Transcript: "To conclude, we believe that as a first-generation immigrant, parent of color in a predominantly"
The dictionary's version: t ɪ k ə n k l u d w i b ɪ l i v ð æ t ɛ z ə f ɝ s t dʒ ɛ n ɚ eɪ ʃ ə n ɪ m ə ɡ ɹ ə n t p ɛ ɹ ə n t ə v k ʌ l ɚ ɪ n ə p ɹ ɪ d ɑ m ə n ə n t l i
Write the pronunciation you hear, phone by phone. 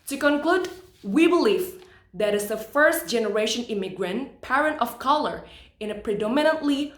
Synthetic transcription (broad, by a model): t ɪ k ə n k l u d w i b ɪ l i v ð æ t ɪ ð ə f ɝ s t dʒ ɛ n ɚ eɪ ʃ ə n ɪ m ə ɡ ɹ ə n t p ɛ ɹ ə n t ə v k ʌ l ɚ ɪ n ə p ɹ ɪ d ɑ m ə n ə n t l i